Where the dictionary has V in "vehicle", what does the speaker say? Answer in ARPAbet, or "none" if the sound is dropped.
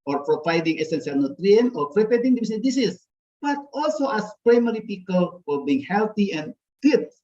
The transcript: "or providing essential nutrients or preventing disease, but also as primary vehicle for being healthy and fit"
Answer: P